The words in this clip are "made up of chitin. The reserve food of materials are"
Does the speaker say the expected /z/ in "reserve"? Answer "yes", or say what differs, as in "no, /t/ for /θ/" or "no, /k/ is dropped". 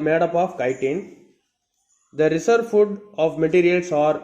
no, /s/ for /z/